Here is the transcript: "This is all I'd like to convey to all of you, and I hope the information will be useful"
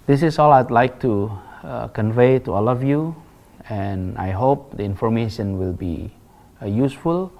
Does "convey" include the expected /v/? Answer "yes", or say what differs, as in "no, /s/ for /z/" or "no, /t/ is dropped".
yes